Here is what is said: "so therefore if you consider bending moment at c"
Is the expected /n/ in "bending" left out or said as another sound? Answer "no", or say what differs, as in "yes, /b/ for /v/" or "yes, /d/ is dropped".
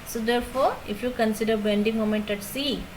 no